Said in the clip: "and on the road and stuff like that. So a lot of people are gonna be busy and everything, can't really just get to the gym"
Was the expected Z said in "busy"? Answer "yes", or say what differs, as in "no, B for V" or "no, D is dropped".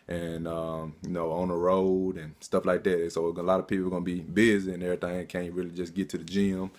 yes